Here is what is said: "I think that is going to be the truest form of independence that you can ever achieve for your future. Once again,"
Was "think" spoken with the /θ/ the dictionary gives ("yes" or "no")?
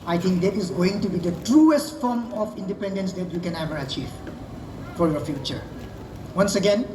no